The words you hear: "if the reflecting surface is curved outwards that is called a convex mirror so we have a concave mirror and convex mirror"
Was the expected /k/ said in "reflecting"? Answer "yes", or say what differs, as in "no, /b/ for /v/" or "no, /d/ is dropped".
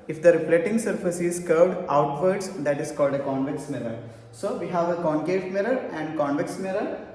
no, /k/ is dropped